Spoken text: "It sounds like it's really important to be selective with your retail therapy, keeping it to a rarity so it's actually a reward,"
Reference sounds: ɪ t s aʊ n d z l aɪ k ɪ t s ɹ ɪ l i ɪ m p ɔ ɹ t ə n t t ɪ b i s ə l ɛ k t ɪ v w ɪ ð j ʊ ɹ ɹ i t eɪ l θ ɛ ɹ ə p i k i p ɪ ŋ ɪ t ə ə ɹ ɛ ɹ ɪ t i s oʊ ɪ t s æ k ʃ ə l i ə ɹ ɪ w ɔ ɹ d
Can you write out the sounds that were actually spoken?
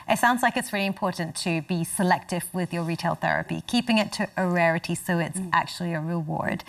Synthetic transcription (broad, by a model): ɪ t s aʊ n d z l aɪ k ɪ t s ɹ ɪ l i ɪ m p ɔ ɹ t n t t ɪ b i s ə l ɛ k t ɪ v w ɪ ð j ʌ ɹ ɹ i t eɪ l θ ɛ ɹ ə p i k i p ɪ ŋ ɪ t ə ə ɹ ɛ ɹ ɪ t i s oʊ ɪ t s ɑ k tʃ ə l i ə ɹ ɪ w ɔ ɹ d